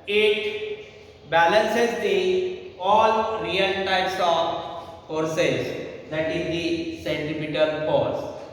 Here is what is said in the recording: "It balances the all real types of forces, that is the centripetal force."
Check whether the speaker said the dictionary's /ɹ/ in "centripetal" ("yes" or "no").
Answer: no